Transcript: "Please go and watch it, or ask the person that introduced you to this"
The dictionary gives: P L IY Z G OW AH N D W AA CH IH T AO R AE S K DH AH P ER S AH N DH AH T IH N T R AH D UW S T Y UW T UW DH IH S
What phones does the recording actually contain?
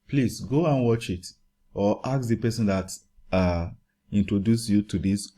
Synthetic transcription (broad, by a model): P L IY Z G OW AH N W AA CH IH T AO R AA K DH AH P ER S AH N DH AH T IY N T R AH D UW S Y UW T UW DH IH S